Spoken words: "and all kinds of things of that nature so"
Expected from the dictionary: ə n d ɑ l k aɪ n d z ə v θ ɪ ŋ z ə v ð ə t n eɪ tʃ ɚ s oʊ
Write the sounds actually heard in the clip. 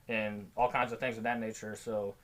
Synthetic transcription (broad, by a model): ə n ɑ l k aɪ n d z ə v θ ɪ ŋ z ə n ð ə t n eɪ tʃ ɚ s oʊ